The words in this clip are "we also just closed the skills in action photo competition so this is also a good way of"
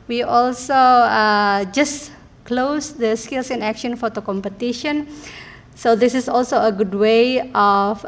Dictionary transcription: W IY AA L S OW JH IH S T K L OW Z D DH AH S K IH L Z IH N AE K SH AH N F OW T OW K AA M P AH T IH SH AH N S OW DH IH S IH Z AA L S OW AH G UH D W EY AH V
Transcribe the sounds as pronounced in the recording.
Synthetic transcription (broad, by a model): W IY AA L S OW JH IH S K L OW S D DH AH S K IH L S IH N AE K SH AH N F OW T OW K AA M P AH T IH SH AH N S OW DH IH S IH S AA L S OW AH G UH D W EY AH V